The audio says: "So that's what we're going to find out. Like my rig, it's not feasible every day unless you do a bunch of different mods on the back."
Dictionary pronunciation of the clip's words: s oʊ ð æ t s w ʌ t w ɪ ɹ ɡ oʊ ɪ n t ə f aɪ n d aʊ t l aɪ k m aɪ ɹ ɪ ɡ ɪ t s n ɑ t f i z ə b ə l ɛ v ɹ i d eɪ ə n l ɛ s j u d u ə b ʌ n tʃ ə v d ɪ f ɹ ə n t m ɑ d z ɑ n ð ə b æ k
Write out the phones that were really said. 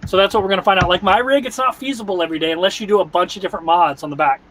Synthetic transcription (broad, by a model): s oʊ ð æ t s w ʌ t w ɪ ɹ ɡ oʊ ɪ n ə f aɪ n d aʊ t l aɪ k m aɪ ɹ ɪ ɡ ɪ t s n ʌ t f i z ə b l ɛ v ɹ i d eɪ ə n l ɛ s j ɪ d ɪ ə b ʌ n tʃ ə v d ɪ f ɹ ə n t m ɑ d z n ð ə b æ k